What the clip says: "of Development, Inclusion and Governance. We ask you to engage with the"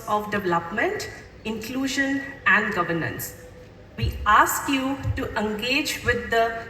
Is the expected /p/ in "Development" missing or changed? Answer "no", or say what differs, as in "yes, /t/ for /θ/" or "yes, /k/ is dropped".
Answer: no